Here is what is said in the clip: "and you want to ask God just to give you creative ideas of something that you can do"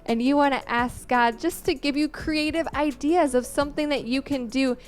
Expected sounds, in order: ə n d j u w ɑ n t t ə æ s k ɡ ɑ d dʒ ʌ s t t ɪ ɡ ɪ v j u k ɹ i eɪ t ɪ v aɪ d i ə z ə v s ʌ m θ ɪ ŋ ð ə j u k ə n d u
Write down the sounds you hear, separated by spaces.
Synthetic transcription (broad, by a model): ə n j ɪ w ɑ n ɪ t æ s k ɡ ɑ d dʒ ʌ s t t ɪ ɡ ɪ v j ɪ k ɹ i eɪ t ɪ v aɪ d i ə z ə v s ʌ m θ ɪ ŋ ð ə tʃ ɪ k ə n d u